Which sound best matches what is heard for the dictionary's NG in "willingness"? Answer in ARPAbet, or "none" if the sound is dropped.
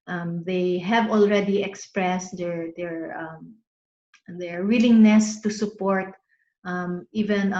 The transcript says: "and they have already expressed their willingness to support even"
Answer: NG